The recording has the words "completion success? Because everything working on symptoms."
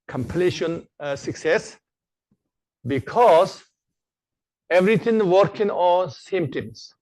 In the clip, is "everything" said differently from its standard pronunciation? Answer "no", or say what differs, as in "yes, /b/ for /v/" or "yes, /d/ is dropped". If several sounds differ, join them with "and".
yes, /t/ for /θ/